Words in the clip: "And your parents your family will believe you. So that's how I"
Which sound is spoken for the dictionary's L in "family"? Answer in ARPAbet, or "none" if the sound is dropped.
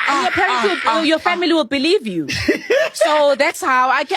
L